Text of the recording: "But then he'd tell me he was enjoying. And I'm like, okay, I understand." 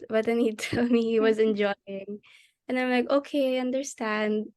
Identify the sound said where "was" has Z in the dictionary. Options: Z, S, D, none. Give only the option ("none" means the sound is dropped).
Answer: Z